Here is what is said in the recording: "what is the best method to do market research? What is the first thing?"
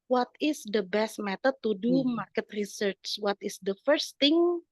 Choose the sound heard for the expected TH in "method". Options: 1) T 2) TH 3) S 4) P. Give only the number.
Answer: 1